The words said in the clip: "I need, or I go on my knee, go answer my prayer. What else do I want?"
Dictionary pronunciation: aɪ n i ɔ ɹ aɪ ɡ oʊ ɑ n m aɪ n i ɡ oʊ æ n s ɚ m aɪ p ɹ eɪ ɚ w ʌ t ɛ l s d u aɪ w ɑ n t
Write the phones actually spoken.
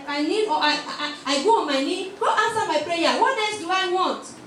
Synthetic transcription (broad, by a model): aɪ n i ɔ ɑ aɪ ɡ oʊ ɑ n m aɪ n i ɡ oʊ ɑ n s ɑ m aɪ p ɹ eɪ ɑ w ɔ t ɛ s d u aɪ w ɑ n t